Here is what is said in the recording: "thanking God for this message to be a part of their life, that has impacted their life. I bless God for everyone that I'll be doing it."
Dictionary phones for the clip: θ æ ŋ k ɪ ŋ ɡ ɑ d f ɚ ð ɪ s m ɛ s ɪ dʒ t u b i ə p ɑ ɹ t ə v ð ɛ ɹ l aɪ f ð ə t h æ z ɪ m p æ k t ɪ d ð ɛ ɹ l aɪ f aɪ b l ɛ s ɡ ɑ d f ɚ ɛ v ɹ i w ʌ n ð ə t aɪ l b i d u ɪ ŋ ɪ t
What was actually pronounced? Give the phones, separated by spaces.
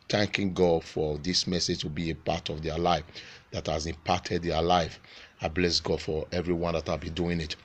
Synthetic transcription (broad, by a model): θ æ ŋ k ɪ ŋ ɡ ɑ d f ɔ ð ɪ s m ɛ s ɪ dʒ t u b i ə p ɑ t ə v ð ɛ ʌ l aɪ f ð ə t h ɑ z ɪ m p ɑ t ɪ d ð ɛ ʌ l aɪ f aɪ b l ɛ s ɡ ɑ d f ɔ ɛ v ɹ i w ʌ n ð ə t aɪ l b i d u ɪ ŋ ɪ t